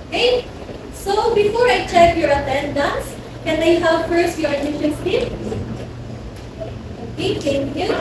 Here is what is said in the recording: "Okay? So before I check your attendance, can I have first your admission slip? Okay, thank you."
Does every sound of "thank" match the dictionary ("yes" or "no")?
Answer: no